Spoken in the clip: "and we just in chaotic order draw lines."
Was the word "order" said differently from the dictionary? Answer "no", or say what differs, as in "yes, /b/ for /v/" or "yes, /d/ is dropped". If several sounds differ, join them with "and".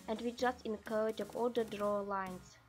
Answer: yes, /l/ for /ɹ/